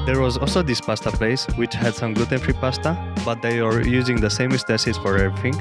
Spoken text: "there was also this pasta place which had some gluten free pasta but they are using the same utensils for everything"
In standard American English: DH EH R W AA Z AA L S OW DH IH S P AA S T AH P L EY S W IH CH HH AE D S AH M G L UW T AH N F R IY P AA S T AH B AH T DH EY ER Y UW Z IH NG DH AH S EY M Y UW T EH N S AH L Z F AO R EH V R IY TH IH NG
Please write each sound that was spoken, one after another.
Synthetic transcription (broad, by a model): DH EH R W AA Z AA L S OW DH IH S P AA S T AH P L EY S W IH CH HH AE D S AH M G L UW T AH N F R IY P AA S T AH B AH T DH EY ER Y UW Z IH NG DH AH S EY M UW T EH S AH Z F AO R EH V R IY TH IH NG